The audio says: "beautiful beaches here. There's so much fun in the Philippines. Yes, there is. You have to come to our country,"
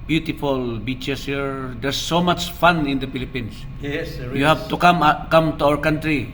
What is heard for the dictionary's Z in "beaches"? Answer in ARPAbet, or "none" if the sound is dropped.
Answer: S